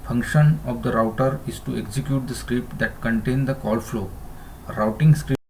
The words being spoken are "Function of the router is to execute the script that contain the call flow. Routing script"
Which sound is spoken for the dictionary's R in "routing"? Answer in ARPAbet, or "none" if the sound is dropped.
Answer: R